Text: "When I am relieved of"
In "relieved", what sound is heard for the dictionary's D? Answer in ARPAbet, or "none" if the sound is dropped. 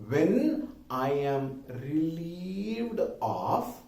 D